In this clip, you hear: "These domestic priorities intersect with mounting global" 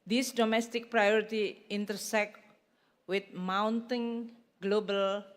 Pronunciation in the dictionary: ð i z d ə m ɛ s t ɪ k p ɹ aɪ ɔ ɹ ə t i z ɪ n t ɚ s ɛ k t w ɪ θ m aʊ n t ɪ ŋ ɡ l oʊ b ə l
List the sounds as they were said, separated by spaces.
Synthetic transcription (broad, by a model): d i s d ə m ɛ s t ɪ k p ɹ aɪ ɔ ɹ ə t i ɪ n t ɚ s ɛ k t w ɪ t m aʊ n t ɪ ŋ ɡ l oʊ b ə l